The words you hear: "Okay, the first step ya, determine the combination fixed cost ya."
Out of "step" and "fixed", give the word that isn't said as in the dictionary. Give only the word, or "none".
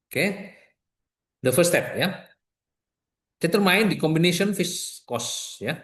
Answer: fixed